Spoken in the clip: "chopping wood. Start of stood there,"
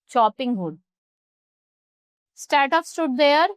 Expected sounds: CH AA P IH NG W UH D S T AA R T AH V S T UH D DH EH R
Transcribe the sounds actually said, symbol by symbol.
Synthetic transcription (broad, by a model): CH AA P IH NG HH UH D S T AA R T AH P S T UH D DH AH R